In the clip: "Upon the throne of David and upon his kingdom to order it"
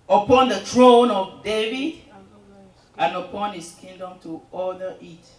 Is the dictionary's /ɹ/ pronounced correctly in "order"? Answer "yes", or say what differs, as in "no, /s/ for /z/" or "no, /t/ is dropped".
no, /l/ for /ɹ/